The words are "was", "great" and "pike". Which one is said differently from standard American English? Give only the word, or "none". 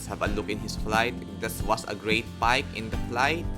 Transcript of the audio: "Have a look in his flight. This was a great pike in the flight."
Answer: was